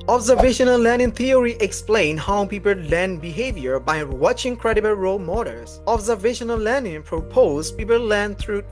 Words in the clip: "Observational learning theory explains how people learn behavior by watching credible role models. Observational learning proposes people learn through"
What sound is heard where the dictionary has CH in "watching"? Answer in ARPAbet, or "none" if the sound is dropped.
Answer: CH